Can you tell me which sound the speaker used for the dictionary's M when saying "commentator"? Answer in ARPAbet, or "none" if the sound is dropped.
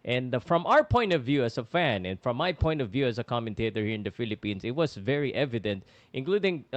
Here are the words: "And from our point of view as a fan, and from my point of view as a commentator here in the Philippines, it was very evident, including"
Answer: M